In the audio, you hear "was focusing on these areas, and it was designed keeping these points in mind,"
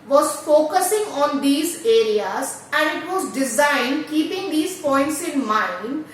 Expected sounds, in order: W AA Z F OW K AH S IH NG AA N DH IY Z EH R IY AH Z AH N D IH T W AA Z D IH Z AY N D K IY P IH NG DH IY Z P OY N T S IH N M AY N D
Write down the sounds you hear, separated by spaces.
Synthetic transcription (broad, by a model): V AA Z F OW K AH S IH NG AA N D IY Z EH R IY AH Z AH N D IH T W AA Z D IH Z AY N D K IY P IH NG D IY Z P OY N T S IH N M AY N D